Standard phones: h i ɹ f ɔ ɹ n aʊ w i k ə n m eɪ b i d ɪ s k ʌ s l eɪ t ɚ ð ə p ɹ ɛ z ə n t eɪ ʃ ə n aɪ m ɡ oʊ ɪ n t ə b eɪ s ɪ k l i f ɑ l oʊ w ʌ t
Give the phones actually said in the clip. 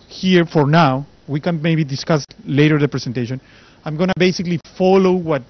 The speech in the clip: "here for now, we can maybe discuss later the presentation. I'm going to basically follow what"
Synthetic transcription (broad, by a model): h i ɹ f ɔ ɹ n aʊ w i k ə n m eɪ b i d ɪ s k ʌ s l eɪ t ɚ ð ə p ɹ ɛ s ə n t eɪ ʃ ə n aɪ m ɡ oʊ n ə b eɪ s ɪ k l i f ɑ l oʊ w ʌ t